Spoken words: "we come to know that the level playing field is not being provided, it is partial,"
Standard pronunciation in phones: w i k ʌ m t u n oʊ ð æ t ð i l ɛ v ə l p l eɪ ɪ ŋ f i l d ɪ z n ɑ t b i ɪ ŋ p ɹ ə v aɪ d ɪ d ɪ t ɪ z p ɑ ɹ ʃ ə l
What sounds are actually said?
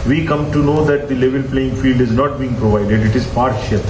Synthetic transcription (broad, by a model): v i k ʌ m t u n oʊ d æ t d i l ɛ v ə l p l eɪ ɪ ŋ f i l d ɪ z n ɑ t b i ɪ ŋ p ɹ ə v aɪ d ɪ d ɪ t ɪ z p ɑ ɹ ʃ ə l